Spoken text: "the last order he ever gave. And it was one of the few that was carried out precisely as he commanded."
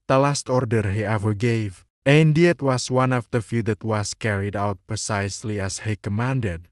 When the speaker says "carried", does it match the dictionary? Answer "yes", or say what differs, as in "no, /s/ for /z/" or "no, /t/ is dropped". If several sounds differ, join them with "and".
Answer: yes